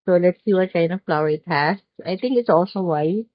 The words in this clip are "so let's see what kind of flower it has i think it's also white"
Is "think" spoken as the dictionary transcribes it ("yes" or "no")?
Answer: no